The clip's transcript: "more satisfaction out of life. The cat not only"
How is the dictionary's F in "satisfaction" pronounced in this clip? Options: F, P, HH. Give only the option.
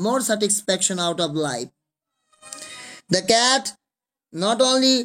P